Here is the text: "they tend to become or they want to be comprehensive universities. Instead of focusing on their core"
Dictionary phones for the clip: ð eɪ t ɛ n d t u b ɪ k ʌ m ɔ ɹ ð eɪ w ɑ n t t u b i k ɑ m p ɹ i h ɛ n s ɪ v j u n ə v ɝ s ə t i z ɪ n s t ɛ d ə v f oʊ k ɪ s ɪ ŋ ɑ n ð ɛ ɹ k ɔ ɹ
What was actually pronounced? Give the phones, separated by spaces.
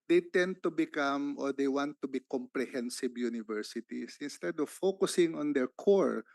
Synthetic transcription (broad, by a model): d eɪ t ɛ n d t u b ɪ k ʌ m ɔ ɹ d eɪ w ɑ n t t u b i k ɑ m p ɹ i h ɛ n s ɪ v j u n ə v ɝ s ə t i s ɪ n s t ɛ d ə v f oʊ k ɪ s ɪ ŋ ɑ n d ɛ ɹ k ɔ ɹ